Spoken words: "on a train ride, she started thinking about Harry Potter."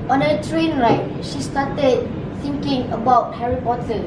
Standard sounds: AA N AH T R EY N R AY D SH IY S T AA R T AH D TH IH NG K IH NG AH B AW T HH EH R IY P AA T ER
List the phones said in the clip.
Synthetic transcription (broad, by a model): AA N AH T R EY N R AY SH IY S T AA T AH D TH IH NG K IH NG AH B AW T HH EH R IY P AA T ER